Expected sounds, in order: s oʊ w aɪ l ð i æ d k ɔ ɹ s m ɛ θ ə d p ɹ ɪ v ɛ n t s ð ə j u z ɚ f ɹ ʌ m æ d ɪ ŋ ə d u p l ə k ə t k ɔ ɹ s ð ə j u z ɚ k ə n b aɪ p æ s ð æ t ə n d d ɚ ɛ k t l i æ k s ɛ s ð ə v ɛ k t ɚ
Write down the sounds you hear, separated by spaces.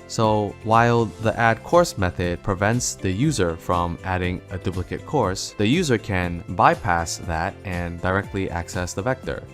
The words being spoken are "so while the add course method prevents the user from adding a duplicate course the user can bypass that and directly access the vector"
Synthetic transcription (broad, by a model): s oʊ w aɪ l ð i æ d k ɔ ɹ s m ɛ θ ə d p ɹ ɪ v ɛ n t s ð ə j u z ɚ f ɹ ʌ m æ d ɪ ŋ ə d u p l ə k ə t k ɔ ɹ s ð ə j u z ɚ k ə n b aɪ p æ s ð æ t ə n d d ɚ ɛ k t l i æ k s ɛ s ð ə v ɛ k t ɚ